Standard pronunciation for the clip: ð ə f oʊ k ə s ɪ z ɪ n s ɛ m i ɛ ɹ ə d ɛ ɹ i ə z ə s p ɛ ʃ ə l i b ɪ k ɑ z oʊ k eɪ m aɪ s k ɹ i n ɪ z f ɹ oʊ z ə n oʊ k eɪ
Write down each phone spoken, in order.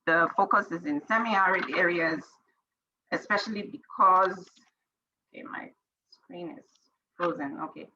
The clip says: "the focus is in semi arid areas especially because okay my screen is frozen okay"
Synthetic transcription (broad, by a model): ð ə f oʊ k ə s ɪ z ɪ n s ɛ m i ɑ ɹ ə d ɛ ɹ i ə z ə s p ɛ ʃ ə l i b ɪ k ɑ z oʊ k eɪ m aɪ s k ɹ i n ɪ z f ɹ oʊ z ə n oʊ k eɪ